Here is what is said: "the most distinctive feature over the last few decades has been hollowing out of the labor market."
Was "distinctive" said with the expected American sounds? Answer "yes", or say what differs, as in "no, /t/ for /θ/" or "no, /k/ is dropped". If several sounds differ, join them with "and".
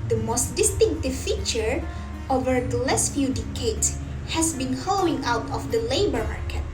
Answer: yes